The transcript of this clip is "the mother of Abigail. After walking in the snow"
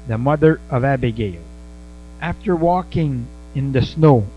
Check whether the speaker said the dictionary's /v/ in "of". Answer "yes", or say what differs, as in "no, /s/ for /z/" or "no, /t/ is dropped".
yes